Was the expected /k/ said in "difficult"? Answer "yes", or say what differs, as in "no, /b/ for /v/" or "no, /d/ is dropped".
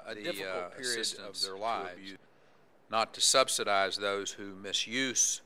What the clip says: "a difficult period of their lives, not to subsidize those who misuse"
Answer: no, /k/ is dropped